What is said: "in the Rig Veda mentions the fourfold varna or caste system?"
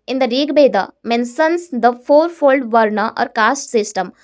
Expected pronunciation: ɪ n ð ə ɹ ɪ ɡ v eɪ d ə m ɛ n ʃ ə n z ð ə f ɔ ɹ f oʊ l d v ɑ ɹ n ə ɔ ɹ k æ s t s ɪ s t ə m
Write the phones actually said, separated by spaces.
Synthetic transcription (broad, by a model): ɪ n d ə ɹ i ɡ b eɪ d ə m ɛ n s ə n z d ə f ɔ ɹ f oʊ l d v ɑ ɹ n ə ɔ ɹ k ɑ s t s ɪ s t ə m